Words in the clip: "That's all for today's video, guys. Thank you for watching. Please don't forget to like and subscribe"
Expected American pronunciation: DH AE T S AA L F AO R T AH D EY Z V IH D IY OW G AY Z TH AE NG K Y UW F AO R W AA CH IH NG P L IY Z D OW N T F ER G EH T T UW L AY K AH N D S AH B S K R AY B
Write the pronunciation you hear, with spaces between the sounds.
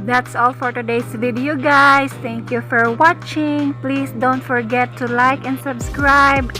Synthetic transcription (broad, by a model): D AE T S AA L F AO R T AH D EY S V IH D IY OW G AY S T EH NG K Y UW F AO R W AA CH IH NG P L IY S D OW N T F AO G EH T T UW L AY K AH N D S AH B S K R AY B